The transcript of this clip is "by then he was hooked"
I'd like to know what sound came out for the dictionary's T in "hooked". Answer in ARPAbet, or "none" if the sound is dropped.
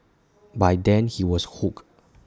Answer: none